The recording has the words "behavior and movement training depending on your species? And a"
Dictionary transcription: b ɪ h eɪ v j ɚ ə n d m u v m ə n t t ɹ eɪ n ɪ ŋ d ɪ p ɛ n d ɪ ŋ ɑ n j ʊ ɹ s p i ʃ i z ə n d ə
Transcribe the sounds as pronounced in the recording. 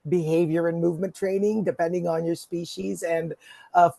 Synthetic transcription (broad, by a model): b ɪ h eɪ v j ɚ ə n m u v m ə n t t ɹ eɪ n ɪ ŋ d ɪ p ɛ n d ɪ ŋ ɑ n j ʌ ɹ s p i ʃ i z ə n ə